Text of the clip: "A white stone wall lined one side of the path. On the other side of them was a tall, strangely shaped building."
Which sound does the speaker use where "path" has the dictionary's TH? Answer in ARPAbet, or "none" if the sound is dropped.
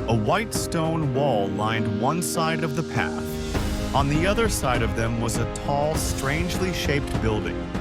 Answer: TH